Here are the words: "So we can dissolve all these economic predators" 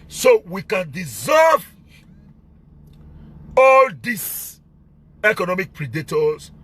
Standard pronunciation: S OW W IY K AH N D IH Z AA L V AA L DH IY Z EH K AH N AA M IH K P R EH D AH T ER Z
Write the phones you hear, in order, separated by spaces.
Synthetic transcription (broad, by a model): S OW W IY K AH N D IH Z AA V AA L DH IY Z EH K AH N AA M IH K P R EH D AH T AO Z